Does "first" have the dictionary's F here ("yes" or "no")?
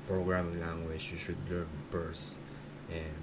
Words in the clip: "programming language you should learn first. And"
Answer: no